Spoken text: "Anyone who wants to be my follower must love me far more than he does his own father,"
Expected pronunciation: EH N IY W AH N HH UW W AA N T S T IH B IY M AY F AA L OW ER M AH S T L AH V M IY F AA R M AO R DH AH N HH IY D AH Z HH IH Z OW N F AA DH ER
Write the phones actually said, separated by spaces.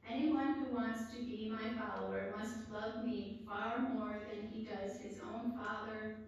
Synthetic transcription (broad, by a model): EH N IY W AH N HH UW W AA N T S T IH B IY M AY F AA L OW ER M AH S T L AH V M IY F AA R M AO R DH AH N IY D AH Z HH IH Z OW N F AA DH ER